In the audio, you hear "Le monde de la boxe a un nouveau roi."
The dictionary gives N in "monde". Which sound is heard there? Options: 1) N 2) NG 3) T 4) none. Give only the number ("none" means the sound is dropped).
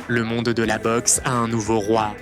4